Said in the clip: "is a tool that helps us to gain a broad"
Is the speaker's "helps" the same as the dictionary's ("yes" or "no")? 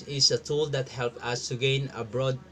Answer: no